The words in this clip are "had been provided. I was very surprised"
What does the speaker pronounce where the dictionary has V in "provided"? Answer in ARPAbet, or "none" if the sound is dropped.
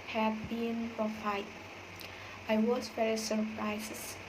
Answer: F